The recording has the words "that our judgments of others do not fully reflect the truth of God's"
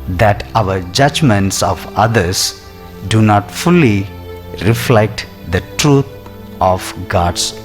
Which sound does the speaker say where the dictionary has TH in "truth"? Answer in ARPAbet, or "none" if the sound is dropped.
T